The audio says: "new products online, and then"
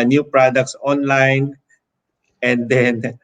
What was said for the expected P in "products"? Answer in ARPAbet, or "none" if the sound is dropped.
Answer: P